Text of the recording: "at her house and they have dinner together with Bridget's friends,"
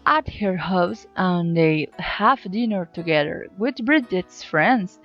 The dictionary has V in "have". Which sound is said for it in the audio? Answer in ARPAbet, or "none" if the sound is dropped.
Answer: F